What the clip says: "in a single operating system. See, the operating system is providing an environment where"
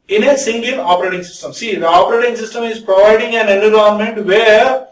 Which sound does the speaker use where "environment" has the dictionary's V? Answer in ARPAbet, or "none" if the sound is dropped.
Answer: none